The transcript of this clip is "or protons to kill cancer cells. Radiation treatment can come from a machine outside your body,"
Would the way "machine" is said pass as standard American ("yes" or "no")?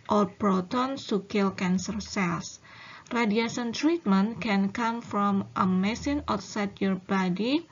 no